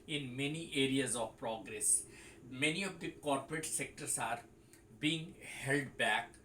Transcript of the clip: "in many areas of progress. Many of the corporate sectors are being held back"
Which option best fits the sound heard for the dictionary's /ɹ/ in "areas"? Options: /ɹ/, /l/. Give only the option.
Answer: /ɹ/